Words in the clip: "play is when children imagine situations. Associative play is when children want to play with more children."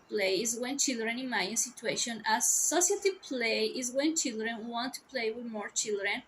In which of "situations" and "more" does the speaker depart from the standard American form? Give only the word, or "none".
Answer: situations